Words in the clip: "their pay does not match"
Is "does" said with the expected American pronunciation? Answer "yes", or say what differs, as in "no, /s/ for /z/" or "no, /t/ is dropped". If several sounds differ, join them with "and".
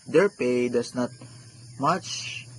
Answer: no, /s/ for /z/